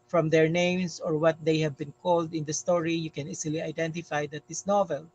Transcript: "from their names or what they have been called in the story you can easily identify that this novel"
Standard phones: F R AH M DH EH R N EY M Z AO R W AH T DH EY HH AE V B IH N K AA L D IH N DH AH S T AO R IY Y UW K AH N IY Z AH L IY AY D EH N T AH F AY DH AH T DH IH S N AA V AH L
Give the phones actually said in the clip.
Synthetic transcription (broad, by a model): F R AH M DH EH R N EY M S AO R W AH T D EY HH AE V B IH N K AA L D IH N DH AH S T AO R IY Y UW K AH N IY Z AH L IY AY D EH N T AH F AY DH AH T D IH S N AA V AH L